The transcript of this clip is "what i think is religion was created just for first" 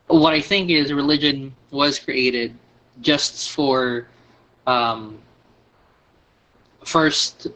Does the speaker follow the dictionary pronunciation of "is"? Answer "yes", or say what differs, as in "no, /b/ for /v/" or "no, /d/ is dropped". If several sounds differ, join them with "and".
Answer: yes